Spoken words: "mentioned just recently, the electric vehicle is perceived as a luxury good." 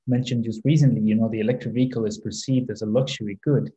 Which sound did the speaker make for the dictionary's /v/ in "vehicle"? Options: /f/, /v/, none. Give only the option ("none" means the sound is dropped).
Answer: /v/